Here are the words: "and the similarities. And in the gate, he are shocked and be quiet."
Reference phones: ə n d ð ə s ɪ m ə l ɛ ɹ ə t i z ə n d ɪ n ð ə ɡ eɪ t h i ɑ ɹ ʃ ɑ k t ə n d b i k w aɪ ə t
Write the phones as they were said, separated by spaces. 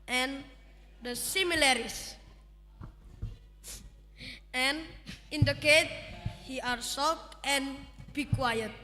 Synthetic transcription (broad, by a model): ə n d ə s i m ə l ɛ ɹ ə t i s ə n ɪ n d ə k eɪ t h i ɑ ɹ s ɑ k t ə n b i k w aɪ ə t